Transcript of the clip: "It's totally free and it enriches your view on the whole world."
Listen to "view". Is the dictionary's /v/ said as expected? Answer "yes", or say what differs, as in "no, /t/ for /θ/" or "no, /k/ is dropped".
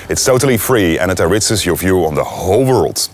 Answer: yes